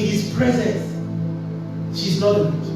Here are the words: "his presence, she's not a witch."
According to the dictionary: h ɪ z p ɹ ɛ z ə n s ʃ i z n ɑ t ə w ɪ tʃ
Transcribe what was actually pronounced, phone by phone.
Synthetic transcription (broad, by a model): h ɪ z p ɹ ɛ z ə n s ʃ i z n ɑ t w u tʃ